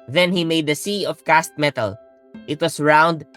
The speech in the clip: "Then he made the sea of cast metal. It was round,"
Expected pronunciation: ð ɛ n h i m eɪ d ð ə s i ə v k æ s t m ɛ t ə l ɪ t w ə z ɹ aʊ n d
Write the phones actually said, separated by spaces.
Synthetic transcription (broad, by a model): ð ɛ n h i m eɪ d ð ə s i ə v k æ s t m ɛ t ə l ɪ t w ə s ɹ aʊ n d